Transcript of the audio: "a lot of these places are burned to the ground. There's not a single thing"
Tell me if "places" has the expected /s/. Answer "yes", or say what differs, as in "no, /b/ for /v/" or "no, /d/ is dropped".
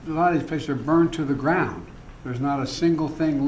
no, /s/ is dropped